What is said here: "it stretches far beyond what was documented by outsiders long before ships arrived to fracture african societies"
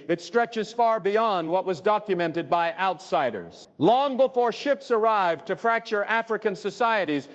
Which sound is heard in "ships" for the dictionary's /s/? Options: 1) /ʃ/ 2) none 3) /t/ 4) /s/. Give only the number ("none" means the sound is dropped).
4